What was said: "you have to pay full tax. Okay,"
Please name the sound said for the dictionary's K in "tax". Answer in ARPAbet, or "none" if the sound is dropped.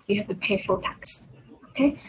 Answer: K